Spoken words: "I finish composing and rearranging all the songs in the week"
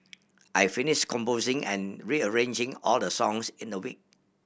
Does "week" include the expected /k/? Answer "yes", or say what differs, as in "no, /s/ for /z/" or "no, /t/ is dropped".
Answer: yes